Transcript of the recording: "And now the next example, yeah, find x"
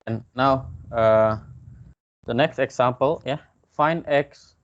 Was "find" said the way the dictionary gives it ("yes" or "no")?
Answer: no